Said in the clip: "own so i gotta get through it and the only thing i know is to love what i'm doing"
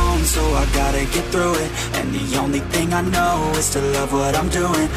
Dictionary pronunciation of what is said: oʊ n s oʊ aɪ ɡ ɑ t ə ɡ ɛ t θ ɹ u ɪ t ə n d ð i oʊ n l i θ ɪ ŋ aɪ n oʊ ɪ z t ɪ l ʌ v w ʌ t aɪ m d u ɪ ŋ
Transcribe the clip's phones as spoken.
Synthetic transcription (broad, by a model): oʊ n s oʊ aɪ ɡ ɑ t ə ɡ ɛ t θ ɹ u ɪ t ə n ð i oʊ n l i θ ɪ ŋ aɪ n oʊ ɪ z t ɪ l ʌ v w ʌ t aɪ m d u ɪ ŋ